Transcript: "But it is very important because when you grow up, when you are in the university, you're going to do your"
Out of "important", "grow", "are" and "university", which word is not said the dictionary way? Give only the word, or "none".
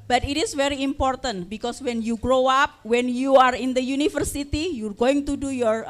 university